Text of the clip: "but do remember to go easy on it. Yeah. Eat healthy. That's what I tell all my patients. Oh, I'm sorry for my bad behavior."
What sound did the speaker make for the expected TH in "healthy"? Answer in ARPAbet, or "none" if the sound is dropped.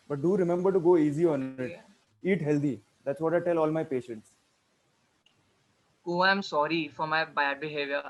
T